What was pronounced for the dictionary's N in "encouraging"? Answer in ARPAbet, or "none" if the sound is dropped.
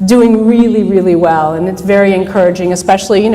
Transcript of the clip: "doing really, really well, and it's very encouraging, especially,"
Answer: N